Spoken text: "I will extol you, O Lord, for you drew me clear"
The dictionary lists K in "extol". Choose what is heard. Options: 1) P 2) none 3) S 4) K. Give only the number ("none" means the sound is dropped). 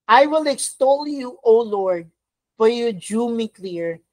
4